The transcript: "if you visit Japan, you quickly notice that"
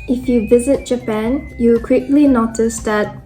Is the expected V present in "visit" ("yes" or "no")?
yes